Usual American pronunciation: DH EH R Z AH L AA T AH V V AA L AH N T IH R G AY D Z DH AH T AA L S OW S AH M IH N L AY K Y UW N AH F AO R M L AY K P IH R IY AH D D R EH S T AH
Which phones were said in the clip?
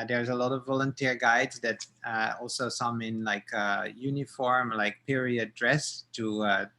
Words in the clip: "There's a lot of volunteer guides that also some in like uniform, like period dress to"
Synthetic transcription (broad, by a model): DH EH R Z AH L AA T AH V V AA L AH N T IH R G AY D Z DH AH T AA L S OW S AH M IH N L AY K Y UW N AH F AO R M L AY K P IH R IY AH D D R EH S T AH